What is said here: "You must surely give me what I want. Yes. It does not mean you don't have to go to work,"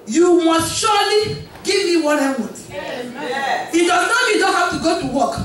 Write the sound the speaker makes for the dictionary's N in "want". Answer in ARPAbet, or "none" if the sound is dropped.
none